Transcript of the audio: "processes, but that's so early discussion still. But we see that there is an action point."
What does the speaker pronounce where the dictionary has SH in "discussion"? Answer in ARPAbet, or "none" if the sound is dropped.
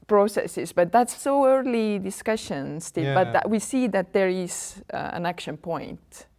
SH